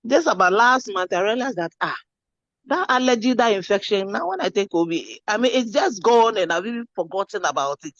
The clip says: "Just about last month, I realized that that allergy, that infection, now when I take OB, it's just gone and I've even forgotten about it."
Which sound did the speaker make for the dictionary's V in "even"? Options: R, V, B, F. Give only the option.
B